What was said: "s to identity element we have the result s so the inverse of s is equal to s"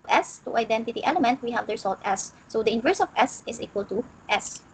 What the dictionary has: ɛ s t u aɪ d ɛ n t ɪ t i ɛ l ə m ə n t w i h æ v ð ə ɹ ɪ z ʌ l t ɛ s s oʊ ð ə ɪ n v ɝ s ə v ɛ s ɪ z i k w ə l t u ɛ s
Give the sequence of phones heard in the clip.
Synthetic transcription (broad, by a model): ɛ s t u aɪ d ɛ n t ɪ t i ɛ l ə m ə n t w i h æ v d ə ɹ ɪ s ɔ l t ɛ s s oʊ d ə ɪ n v ɝ s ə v ɛ s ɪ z i k w ə l t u ɛ s